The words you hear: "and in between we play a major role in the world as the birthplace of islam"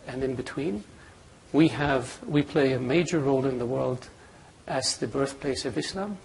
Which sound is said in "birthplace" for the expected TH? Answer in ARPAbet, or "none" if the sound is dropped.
TH